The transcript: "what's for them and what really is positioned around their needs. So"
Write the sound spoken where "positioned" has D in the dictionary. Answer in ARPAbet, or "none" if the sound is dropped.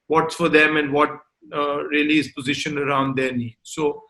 none